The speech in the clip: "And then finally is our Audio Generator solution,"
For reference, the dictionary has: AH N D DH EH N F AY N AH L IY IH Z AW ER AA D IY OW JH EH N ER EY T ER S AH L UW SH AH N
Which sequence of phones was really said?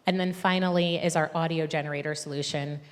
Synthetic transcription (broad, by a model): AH N DH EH N F AY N L IY IH Z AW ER AA D IY OW JH EH N ER EY T ER S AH L UW SH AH N